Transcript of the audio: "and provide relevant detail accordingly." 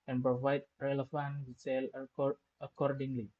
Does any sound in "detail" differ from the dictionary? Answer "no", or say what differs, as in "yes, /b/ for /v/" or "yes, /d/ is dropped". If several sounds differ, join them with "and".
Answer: yes, /s/ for /t/